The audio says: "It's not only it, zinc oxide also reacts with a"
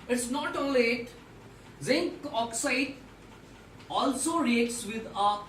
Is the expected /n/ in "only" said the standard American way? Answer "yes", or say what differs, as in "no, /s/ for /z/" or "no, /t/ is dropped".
no, /n/ is dropped